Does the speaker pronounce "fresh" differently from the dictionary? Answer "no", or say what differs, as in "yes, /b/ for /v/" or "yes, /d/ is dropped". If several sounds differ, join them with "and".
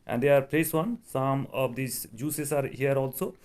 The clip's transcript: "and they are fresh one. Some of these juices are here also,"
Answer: yes, /p/ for /f/ and /s/ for /ʃ/